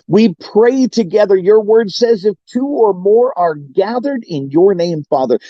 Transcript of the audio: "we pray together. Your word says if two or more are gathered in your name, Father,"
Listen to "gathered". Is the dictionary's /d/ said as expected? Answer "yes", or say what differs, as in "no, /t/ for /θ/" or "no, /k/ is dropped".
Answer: yes